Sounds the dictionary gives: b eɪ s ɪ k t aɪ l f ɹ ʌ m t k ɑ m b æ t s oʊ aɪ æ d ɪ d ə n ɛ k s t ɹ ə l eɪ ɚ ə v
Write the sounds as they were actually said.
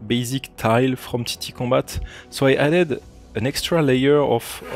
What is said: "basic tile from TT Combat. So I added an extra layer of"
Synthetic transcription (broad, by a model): b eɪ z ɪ k t aɪ l f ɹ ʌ m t k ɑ b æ t s oʊ aɪ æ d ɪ d ə n ɛ k s t ɹ ə l eɪ ɚ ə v